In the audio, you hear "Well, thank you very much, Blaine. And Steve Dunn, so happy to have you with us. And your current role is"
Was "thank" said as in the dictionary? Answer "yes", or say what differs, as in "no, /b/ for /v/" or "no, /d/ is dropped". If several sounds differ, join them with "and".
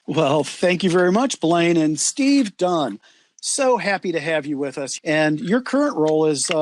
yes